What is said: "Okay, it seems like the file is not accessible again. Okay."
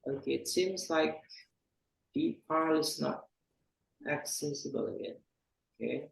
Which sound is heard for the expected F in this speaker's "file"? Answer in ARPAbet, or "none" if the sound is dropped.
P